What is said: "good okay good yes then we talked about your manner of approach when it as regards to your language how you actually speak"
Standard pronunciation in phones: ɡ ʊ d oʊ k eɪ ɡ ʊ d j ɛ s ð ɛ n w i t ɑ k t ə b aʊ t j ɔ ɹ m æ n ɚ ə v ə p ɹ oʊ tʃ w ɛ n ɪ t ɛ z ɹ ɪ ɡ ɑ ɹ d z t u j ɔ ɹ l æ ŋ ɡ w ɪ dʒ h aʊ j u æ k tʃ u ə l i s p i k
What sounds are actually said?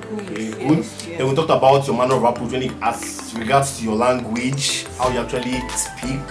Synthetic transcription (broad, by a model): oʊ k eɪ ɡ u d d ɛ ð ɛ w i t ɑ k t ə b aʊ t j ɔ m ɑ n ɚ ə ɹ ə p oʊ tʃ w ɛ n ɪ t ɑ s ɹ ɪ ɡ ɑ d s t u j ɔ l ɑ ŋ ɡ w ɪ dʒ h aʊ j u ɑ k tʃ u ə l i s p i k